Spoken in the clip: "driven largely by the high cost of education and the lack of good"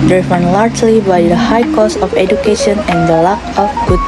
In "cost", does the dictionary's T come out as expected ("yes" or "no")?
no